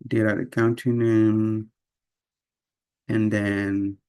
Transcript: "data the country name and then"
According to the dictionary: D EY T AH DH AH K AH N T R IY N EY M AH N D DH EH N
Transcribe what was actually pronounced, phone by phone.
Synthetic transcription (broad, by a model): D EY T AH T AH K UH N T IY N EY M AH N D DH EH N